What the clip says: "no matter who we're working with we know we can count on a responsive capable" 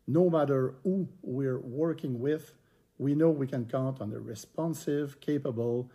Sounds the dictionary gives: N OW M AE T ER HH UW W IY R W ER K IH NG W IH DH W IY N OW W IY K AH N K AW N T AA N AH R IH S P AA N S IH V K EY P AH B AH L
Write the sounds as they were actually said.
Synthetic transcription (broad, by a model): N OW M AE T ER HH UW W IY R W ER K IH NG W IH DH W IY N OW W IY K AH N K AW N T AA N AH R IH S P AA N S IH V K EY P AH B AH L